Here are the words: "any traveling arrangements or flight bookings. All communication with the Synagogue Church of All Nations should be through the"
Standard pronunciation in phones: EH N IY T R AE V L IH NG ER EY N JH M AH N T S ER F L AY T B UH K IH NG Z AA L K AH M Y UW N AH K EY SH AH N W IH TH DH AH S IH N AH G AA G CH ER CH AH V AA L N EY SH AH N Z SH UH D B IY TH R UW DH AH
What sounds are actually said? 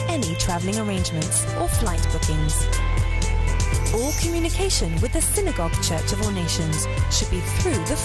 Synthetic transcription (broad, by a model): EH N IY T R AE V L IH NG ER EY N JH M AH N T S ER F L AY T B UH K IH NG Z AA L K AH M Y UW N AH K EY SH AH N W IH DH AH S IH N AH G AA G CH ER CH AH V AA L N EY SH AH N Z SH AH D B IY TH R UW DH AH